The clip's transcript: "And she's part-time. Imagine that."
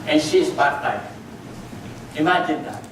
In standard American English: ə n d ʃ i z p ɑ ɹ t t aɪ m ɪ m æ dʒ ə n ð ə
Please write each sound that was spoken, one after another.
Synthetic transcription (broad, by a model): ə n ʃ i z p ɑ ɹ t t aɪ ɪ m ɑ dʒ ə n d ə